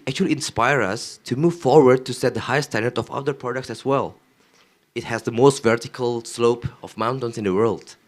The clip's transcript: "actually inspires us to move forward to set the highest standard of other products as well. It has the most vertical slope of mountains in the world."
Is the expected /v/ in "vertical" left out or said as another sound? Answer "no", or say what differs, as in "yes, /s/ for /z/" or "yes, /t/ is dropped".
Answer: no